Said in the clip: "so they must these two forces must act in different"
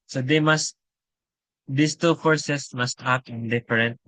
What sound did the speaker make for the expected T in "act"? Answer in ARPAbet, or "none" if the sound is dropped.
none